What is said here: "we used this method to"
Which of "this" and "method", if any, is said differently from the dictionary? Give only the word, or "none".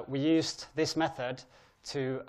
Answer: none